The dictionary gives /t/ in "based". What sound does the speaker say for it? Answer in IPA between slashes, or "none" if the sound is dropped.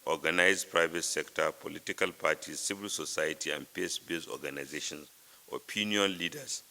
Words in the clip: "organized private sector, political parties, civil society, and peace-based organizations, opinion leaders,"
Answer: none